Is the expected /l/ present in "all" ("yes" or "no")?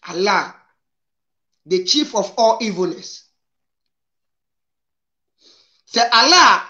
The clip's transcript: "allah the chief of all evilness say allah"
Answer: yes